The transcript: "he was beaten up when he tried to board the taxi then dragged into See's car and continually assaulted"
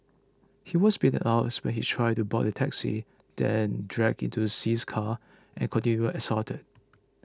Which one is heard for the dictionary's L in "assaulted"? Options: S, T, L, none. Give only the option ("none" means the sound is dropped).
none